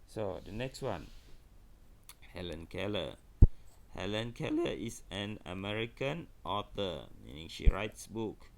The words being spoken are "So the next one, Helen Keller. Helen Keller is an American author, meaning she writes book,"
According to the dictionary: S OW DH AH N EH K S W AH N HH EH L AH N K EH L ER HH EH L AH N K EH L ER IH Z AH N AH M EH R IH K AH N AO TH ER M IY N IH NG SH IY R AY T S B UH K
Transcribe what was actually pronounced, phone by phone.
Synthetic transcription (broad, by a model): S OW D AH N EH K S W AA N HH EH L AH N K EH L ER HH EH L AH N K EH L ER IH S AH N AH M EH R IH K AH N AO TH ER M IY N IH NG SH IY R AY T S B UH K